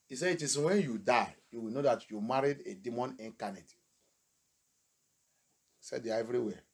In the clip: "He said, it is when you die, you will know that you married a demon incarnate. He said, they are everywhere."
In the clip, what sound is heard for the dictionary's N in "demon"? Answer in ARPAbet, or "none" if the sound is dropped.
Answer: N